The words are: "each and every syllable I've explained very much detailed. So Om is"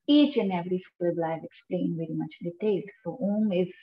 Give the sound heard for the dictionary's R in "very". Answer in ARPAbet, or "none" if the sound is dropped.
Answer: R